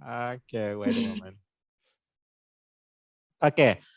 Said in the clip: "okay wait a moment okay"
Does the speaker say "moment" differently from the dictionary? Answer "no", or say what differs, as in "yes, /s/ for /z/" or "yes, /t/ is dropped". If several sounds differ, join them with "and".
yes, /t/ is dropped